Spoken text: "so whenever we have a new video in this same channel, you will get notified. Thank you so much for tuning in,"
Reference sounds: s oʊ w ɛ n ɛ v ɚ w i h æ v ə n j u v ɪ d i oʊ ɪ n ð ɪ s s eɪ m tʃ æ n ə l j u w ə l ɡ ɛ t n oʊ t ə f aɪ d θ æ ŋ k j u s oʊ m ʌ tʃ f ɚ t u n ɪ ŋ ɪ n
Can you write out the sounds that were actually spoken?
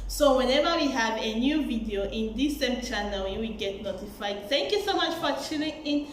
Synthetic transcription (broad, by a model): s oʊ w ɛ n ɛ v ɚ w i h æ v ə n j u v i d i oʊ ɪ n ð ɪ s s eɪ m tʃ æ n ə l j u w ə l ɡ ɛ t n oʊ t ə f aɪ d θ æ ŋ k j u s oʊ m ʌ tʃ f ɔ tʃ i l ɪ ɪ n